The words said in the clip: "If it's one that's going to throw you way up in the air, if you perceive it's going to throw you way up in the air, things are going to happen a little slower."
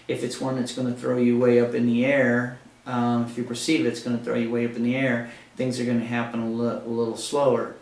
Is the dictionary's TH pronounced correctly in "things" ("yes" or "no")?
yes